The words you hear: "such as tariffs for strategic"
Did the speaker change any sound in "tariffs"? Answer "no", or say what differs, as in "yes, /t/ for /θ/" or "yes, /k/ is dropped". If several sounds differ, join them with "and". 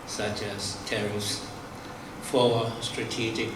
yes, /f/ is dropped